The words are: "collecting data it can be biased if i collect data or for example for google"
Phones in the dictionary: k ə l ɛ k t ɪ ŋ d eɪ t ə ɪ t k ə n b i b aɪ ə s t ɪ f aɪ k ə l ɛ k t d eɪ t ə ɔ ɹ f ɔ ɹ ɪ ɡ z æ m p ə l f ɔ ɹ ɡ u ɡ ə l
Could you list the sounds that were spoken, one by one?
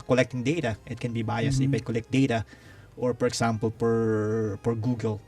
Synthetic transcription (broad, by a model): k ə l ɛ k t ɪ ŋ d eɪ t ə ɪ t k ə n b i b aɪ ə s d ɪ p aɪ k ə l ɛ k t d eɪ t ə ɔ ɹ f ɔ ɹ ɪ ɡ s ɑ m p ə l p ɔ ɹ ɡ u ɡ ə l